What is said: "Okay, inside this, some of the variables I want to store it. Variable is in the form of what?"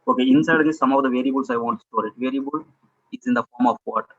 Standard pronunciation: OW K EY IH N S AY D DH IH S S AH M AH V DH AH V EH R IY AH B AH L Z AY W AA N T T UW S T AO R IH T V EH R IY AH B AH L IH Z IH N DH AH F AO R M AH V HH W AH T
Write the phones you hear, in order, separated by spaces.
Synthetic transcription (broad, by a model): OW K EY IH N S AY D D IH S S AH M AH V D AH V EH R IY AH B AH L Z AY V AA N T T UW S T AO R IH T V EH R IY AH B AH L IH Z IH N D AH F AO R M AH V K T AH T